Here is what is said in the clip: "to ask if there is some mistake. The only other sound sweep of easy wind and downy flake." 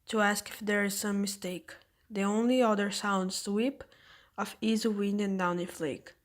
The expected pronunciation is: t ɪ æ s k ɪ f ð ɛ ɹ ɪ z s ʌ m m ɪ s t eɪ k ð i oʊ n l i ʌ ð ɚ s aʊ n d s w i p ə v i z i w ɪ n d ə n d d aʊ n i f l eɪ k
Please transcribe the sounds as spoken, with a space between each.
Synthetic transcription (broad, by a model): t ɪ æ s k ɪ f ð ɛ ɹ ɪ z s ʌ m m ɪ s t eɪ k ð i oʊ n l i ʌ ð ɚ s aʊ n d s w i p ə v i z i w ɪ n d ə n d d aʊ n i f l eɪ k